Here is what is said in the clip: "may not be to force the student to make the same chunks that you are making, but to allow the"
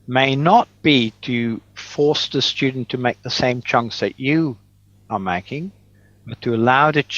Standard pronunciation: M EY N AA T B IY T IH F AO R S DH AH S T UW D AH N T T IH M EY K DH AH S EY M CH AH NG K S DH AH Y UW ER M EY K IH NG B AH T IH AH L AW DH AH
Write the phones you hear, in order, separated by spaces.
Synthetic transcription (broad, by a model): M EY N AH T B IY T IH F AO R S DH AH S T UW D N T T IH M EY K DH AH S EY M CH AH NG K S DH AH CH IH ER M EY K IH NG B AH T IH AH L AW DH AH